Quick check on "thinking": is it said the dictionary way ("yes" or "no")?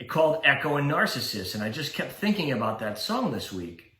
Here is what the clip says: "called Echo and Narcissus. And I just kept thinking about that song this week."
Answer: yes